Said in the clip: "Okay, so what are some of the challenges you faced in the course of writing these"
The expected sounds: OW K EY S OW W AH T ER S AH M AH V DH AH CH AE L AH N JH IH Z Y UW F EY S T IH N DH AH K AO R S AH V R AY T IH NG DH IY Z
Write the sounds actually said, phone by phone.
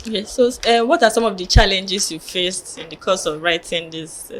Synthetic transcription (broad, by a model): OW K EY S OW W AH T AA S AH M AH V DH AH CH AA L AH N JH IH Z Y UW F EY S T IH N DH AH K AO S AH V R AY T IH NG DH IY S